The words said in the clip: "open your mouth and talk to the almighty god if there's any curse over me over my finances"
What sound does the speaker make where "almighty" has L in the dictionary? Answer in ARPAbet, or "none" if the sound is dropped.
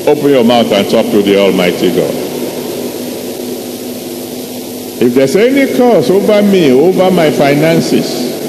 L